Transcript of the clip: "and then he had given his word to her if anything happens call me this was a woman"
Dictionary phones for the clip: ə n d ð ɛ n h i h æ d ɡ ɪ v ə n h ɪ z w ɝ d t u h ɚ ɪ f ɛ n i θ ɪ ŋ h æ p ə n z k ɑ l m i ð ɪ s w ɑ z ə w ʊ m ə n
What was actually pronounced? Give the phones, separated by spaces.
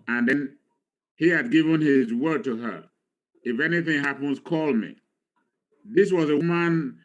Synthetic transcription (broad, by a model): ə n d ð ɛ n h i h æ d ɡ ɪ v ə n h ɪ z w ɝ d t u h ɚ ɪ f ɛ n i θ ɪ ŋ h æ p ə n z k ɑ l m i ð ɪ s w ɑ z ə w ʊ m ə n